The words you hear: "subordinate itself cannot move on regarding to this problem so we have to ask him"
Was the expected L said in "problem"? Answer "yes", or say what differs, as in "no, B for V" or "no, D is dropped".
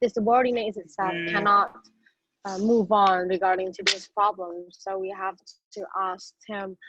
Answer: yes